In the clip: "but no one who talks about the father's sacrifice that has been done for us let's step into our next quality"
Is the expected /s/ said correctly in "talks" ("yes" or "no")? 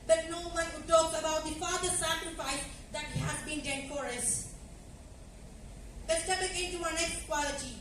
no